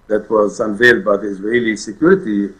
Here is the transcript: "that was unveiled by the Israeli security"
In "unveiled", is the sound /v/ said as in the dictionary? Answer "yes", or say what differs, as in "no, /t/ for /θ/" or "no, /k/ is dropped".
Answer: yes